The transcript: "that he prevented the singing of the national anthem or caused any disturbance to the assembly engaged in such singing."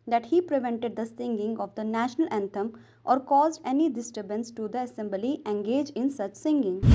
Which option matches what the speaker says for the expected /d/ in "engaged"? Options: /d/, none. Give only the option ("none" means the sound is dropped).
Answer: none